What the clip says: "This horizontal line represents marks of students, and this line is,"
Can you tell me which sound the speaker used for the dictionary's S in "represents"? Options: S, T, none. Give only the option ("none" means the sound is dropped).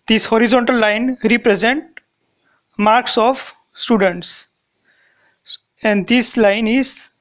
none